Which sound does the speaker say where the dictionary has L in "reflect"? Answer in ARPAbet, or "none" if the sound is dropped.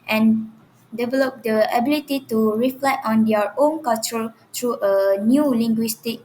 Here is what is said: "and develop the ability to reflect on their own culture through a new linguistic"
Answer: L